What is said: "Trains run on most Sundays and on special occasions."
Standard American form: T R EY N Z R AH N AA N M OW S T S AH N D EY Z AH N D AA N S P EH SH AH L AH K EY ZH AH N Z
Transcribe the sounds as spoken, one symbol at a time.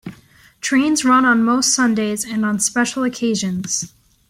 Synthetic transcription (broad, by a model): T R EY N Z R AH N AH N M OW S T S AH N D EY Z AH N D N S P EH SH L AH K EY ZH AH N Z